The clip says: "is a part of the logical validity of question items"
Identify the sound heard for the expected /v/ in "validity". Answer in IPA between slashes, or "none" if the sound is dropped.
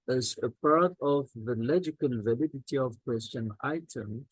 /v/